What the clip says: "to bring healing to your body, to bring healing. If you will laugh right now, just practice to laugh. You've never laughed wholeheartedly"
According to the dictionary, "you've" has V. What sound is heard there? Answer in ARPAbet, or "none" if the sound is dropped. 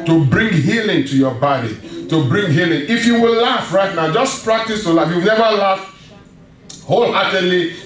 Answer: W